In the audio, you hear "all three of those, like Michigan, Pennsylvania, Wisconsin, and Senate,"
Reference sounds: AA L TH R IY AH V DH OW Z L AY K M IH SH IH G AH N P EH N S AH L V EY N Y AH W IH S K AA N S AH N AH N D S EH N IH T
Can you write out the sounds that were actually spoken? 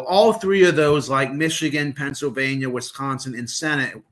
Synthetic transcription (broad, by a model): AA L TH R IY AH V DH OW Z L AY K M IH SH IH G AH N P EH N S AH L V EY N Y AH W IH S K AA N S AH N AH N S EH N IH T